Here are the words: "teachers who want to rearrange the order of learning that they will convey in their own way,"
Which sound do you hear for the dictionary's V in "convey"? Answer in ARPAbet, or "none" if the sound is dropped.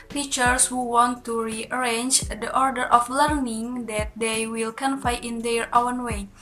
F